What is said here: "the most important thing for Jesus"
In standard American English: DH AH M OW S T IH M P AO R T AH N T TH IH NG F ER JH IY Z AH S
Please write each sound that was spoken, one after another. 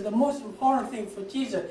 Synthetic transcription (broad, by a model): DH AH M OW S T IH M P AO R T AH N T TH IH NG F ER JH IY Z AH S